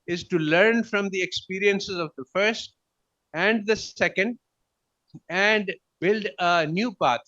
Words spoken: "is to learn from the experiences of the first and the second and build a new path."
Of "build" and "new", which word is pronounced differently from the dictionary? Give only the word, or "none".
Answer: none